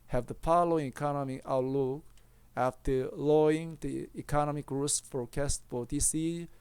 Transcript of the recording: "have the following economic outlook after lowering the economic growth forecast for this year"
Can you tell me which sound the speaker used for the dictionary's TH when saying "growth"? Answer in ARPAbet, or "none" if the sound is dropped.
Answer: S